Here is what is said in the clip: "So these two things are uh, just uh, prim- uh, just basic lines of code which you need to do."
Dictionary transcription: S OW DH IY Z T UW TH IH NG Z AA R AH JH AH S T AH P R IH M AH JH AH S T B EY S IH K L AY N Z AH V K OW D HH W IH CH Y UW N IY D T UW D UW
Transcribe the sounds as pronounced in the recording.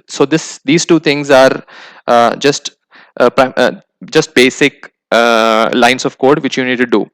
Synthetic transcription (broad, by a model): S OW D IY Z T UW T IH NG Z AA R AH JH AH S T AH P R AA IH JH AH S T B EY S IH K L AY N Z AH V K OW D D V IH CH Y UW N IY D T UW D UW